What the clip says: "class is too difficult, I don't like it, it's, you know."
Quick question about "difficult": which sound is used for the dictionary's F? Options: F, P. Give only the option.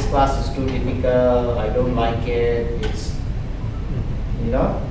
P